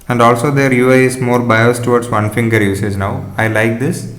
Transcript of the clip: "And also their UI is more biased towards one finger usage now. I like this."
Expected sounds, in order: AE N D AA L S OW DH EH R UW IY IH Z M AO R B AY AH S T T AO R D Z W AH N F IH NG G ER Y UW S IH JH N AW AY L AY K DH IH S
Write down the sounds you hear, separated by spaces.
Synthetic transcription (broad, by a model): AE N D AA L S OW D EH R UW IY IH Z M AO R B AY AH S T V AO R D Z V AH N F IH NG G ER Y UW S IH Z N AW AY L AY K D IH S